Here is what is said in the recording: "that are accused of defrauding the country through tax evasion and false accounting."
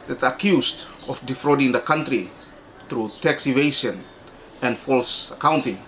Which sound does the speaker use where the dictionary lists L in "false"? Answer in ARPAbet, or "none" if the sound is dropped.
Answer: L